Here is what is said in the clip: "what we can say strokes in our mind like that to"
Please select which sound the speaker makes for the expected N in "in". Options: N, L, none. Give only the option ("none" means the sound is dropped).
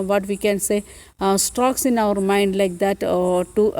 N